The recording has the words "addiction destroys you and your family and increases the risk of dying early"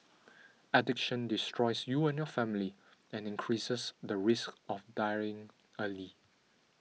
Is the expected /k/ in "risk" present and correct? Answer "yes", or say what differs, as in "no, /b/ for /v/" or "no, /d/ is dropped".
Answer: yes